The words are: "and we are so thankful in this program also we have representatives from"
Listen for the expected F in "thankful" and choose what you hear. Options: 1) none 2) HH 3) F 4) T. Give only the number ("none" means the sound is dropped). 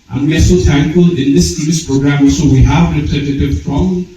1